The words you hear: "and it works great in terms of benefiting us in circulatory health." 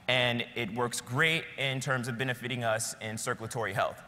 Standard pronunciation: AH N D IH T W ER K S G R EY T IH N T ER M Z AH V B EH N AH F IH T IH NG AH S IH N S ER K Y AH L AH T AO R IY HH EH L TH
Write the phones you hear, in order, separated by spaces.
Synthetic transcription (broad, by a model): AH N IH T W ER K S G R EY T IH N T ER M Z AH V B EH N AH F IH T IH NG AH S IH N S ER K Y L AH T AO R IY HH EH L TH